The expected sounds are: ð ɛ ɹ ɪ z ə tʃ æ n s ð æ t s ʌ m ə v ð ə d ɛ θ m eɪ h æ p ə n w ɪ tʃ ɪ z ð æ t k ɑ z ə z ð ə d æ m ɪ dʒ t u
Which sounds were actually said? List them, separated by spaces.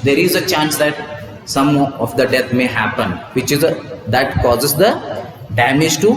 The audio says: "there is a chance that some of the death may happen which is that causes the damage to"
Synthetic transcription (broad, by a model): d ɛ ɹ ɪ z ə tʃ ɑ n s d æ t s ʌ m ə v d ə d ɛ t m eɪ h æ p ə n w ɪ tʃ ɪ z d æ t k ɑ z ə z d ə d æ m ɪ dʒ t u